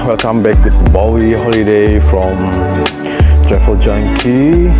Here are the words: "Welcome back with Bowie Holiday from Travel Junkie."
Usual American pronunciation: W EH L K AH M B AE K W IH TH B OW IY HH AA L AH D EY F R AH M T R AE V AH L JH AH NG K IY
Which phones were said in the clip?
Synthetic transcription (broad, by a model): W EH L K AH M B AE K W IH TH B OW IY HH AA L AH D EY F R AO M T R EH F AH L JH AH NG K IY